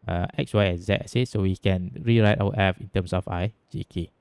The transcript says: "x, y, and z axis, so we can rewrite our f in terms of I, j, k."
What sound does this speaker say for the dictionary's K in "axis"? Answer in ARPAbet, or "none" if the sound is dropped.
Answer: none